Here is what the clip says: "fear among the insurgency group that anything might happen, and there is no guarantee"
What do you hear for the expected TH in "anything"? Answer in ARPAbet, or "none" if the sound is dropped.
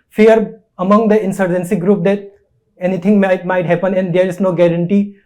T